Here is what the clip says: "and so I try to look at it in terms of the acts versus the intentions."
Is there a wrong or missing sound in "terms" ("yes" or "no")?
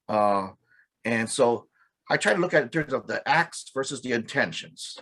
no